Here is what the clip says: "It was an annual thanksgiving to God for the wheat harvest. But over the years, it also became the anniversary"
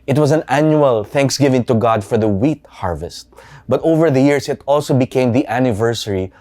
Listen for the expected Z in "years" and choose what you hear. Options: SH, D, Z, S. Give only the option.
S